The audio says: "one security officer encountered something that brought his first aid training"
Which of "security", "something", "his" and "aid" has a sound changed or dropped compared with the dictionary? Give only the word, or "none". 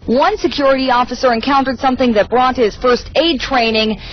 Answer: none